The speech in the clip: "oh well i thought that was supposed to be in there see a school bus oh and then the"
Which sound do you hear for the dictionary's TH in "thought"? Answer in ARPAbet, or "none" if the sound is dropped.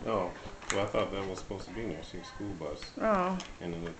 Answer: TH